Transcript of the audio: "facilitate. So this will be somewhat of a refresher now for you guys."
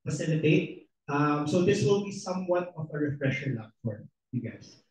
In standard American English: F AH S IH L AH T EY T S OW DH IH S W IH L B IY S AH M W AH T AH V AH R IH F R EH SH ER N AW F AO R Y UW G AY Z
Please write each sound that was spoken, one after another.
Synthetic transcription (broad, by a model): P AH S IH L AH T EY T S OW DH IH S W IH L B IY S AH M W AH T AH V AH R IH F R EH SH ER L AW F AO R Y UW G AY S